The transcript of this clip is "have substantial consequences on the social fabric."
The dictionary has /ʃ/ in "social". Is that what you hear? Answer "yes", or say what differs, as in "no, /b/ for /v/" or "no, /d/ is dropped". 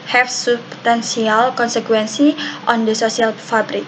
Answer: no, /s/ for /ʃ/